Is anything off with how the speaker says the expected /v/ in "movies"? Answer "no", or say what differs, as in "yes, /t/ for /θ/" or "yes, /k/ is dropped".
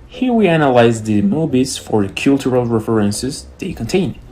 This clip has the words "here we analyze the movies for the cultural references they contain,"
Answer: yes, /b/ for /v/